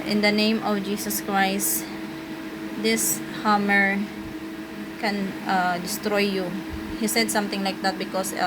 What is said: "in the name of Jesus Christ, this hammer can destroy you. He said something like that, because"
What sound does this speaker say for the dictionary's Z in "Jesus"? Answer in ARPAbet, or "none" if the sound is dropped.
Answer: S